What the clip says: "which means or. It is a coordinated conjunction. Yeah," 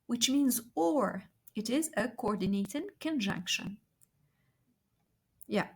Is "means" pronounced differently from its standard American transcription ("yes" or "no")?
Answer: no